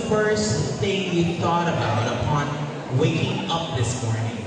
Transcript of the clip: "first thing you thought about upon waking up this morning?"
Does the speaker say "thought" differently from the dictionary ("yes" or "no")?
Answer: no